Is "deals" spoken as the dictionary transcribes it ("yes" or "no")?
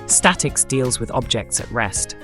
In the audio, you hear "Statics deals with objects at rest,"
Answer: yes